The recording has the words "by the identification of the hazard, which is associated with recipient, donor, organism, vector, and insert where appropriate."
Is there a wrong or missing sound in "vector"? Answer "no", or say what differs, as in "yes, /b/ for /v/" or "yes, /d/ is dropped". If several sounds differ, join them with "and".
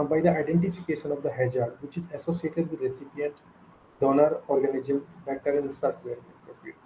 yes, /b/ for /v/